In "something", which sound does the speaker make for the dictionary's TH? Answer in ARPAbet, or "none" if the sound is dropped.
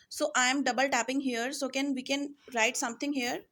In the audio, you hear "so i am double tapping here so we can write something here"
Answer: T